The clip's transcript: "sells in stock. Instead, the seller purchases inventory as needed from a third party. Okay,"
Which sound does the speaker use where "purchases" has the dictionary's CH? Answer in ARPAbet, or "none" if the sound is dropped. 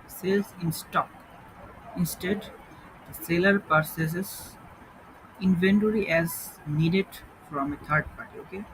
S